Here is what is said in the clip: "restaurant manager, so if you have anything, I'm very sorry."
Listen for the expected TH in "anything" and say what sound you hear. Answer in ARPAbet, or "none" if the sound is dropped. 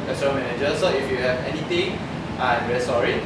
T